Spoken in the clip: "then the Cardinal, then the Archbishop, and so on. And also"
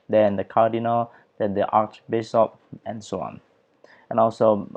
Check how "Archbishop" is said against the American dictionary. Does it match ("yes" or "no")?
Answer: no